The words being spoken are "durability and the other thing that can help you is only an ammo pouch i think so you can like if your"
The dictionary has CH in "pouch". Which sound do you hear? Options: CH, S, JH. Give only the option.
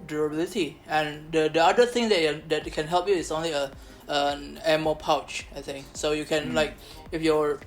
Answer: CH